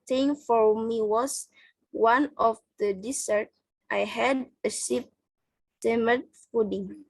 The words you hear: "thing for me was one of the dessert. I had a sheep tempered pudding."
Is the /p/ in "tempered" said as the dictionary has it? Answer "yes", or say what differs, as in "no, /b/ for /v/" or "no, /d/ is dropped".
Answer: no, /p/ is dropped